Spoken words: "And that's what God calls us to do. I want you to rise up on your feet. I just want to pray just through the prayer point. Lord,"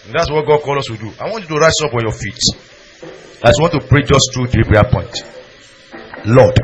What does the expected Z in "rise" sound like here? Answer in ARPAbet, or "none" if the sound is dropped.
S